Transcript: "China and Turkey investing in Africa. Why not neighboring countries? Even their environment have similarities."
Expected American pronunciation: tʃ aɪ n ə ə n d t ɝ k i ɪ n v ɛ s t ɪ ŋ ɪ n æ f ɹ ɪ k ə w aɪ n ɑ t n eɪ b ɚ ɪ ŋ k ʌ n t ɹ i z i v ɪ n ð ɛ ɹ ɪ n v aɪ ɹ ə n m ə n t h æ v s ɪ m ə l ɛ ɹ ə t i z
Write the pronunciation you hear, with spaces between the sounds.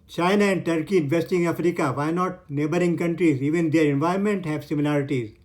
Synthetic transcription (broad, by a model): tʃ aɪ n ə ə n d t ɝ k i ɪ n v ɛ s t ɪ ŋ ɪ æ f ɹ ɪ k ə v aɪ n ɑ t n eɪ b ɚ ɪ ŋ k ʌ n t ɹ i z i v ɪ n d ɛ ɹ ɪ n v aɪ ə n m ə n t h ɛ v s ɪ m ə l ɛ ɹ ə t i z